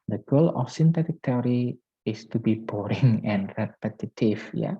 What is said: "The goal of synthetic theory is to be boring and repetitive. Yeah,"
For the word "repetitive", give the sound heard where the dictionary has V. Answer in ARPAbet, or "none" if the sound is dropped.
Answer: F